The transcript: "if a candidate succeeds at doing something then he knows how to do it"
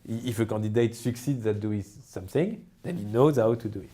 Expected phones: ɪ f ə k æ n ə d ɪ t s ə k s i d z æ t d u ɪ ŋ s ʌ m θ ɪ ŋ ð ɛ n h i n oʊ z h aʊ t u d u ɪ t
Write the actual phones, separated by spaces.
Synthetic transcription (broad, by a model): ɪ f ə k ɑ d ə d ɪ t s ə k s i d z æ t d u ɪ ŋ s ʌ m θ ɪ ŋ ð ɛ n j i n oʊ z h aʊ t u d u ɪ t